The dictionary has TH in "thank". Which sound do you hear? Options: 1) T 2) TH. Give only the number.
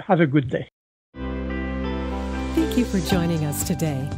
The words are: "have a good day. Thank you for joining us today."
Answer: 2